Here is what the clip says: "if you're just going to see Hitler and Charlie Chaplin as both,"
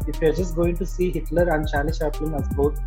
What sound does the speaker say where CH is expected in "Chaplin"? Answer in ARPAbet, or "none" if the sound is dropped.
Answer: SH